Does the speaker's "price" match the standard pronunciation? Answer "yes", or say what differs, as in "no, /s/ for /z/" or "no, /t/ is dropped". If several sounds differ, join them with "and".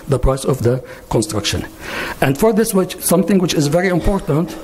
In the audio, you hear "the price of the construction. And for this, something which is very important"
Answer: yes